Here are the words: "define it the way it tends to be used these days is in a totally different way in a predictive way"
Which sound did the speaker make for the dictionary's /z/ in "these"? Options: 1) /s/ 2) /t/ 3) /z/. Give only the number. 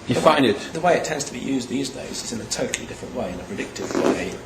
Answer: 3